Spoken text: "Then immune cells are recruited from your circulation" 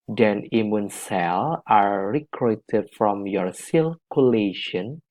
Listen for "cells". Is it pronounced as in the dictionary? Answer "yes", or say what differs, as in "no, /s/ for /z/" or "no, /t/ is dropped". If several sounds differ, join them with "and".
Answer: no, /z/ is dropped